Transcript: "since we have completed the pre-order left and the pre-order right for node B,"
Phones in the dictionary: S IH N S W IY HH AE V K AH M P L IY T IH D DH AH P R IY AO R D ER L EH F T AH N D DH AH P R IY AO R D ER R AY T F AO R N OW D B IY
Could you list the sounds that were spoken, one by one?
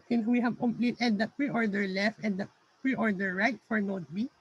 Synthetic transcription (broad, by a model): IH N W IY HH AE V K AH M P L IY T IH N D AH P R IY AO R D ER L EH F T AH N D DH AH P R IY AO R D ER R AY T F AO R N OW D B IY